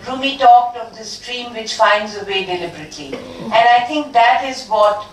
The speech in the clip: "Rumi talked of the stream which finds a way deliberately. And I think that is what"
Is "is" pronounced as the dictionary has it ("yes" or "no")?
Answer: yes